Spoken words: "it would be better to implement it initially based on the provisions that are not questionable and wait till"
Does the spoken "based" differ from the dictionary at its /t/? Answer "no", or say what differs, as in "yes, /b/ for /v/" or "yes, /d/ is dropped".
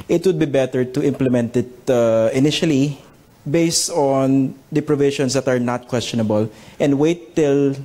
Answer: no